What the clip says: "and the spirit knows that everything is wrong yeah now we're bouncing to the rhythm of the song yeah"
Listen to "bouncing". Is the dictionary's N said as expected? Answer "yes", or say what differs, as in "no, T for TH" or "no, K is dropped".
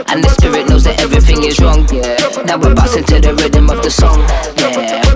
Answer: no, N is dropped